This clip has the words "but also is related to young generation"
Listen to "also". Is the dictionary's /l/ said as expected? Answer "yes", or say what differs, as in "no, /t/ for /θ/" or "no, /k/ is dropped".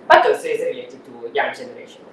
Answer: no, /l/ is dropped